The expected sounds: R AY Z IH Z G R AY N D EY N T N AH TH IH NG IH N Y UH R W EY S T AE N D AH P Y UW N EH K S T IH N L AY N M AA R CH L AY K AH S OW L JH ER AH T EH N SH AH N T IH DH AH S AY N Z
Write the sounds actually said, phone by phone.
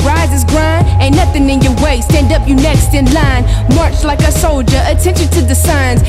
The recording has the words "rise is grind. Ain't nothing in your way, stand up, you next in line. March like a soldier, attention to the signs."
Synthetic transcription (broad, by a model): R AY Z IH Z G R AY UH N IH N AH TH IH NG IH N Y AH R W EY S T AE N D AH P Y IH N EH K S T IH N L AY N M AA R CH L AY K AH S OW L JH ER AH T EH N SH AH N T IH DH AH S AY N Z